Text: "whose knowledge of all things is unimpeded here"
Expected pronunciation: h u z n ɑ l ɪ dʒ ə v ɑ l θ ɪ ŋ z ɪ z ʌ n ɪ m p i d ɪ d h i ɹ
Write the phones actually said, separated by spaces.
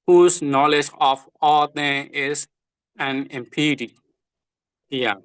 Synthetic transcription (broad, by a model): h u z n ɑ l ɪ dʒ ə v ɑ l t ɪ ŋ ɪ z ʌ n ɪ m p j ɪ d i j